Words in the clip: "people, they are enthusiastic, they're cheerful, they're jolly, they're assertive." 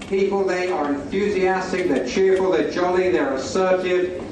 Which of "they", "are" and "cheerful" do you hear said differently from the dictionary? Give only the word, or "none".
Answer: none